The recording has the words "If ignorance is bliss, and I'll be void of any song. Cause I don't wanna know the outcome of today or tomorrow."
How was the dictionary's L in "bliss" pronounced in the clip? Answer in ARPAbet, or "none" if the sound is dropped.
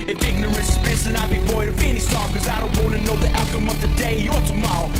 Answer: none